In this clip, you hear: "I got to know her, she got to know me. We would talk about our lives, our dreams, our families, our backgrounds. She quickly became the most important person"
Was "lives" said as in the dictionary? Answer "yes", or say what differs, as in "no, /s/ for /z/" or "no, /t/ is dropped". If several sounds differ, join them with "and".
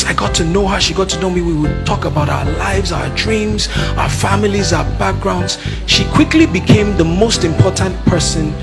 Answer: yes